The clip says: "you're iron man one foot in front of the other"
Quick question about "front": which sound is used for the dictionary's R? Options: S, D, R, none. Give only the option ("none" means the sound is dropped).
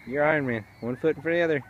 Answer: none